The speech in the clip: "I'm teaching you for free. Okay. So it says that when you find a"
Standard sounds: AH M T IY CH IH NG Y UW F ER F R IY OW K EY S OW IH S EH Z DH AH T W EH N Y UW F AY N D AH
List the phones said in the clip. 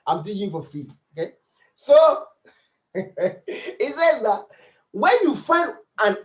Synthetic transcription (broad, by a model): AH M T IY IH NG Y UW F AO F R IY OW K EY S OW IH S EH Z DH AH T W EH N Y UW F AY N D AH